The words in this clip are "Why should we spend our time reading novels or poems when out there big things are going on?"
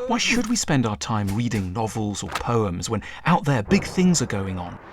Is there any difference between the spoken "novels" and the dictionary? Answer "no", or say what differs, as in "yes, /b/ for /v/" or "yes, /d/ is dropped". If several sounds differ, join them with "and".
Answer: no